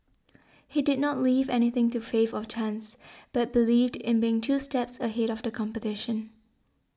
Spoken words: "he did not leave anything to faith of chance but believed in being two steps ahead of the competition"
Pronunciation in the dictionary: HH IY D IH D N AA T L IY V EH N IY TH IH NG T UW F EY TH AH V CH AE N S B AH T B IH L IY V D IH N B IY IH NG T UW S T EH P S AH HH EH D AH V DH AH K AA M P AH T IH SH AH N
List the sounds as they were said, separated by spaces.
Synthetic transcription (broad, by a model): HH IY D IH D N AA T L IY V EH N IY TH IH NG T UW F EY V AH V CH AE N S B AH T B IH L IY V D IH N B IY IH NG T UW S T EH P S AH HH EH D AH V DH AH K AA M P AH T IH SH AH N